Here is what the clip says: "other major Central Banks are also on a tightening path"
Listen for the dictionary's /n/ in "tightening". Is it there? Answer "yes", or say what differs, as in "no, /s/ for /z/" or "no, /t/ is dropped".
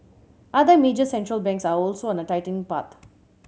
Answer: no, /n/ is dropped